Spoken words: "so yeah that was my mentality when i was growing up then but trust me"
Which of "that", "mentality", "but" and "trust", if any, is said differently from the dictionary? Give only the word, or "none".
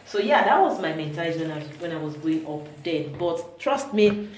mentality